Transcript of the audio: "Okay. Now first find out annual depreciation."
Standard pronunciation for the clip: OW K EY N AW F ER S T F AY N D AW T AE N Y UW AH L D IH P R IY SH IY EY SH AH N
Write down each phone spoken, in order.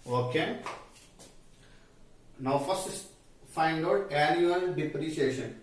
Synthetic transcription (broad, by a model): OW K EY N AW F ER S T F AY N D AW T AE L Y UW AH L D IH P R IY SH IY EY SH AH N